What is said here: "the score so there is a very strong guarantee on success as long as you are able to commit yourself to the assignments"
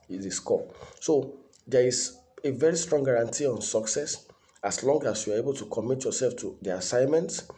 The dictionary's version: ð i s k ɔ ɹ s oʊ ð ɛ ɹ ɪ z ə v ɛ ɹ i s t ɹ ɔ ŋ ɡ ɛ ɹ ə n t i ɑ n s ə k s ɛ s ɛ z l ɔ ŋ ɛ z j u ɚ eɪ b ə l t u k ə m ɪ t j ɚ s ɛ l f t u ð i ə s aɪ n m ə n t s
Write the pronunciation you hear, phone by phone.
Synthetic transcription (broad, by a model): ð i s k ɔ s oʊ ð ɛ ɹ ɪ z ə v ɛ ɹ i s t ɹ ɔ ŋ ɡ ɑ ɹ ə n t i ɑ n s ə k s ɛ s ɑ s l ɔ ŋ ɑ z j u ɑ eɪ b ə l t u k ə m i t j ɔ s ɛ l f t u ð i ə s aɪ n m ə n t